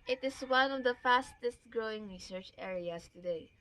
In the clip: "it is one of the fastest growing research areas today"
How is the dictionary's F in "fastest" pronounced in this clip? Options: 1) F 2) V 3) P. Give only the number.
1